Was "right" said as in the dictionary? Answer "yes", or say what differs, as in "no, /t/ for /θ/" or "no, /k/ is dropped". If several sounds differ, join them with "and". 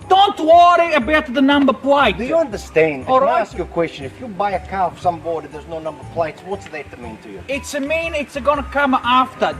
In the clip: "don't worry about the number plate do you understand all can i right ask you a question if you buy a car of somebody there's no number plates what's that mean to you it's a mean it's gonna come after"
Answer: no, /t/ is dropped